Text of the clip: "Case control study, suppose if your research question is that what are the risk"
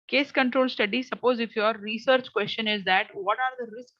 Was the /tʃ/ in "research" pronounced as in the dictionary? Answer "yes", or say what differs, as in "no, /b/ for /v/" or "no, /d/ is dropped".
yes